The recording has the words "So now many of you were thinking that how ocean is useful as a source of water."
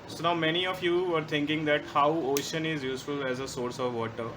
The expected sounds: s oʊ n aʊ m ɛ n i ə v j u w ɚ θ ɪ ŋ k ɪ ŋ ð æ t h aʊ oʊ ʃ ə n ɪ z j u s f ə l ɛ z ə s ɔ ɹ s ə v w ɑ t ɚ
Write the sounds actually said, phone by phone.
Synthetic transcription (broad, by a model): s oʊ n aʊ m ɛ n i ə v j u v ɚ t ɪ ŋ k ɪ ŋ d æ t h aʊ oʊ ʃ ə n ɪ z j u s f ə l ɛ z ə s ɔ ɹ s ə v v ɑ t ɚ